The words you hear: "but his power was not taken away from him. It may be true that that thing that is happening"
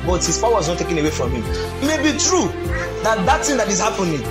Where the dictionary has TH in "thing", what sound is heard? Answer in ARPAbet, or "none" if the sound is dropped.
T